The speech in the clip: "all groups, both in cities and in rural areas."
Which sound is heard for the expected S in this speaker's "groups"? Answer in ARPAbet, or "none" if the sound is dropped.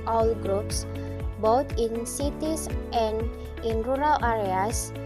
S